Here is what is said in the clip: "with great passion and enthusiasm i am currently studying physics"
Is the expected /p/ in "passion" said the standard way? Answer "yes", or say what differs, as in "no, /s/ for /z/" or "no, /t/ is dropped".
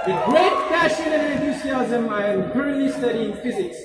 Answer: no, /f/ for /p/